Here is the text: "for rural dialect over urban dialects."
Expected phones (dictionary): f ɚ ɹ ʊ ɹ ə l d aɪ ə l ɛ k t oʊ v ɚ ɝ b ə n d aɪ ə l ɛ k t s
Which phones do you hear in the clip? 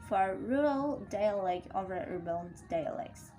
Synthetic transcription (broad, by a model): f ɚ ɹ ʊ ɹ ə l d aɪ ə l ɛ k oʊ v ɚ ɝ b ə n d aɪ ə l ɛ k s